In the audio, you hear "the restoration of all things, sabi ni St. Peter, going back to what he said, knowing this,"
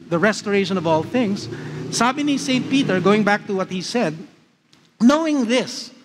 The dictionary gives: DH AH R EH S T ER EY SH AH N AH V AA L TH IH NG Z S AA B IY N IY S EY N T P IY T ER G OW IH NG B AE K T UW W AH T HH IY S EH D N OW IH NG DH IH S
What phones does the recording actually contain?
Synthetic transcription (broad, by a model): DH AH R EH S T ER EY SH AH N AH V AA L TH IH NG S S AA B IY N IY S EY N T P IY T ER G OW IH NG B AE K T UW W AH T HH IY S EH D N OW IH NG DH IH S